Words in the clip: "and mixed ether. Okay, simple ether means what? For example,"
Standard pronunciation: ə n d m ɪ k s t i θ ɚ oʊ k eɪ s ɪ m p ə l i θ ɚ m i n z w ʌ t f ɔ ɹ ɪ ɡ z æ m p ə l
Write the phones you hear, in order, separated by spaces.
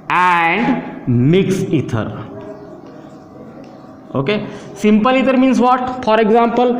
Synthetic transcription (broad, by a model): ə n d m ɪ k s i t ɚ oʊ k eɪ s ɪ m p ə l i t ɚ m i n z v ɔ t f ɔ ɹ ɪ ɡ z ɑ m p ə l